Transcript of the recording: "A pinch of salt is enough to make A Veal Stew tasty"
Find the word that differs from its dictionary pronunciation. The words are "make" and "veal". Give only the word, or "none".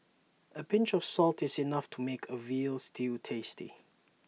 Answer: none